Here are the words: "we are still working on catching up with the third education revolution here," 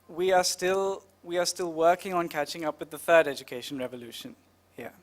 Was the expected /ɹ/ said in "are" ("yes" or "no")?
no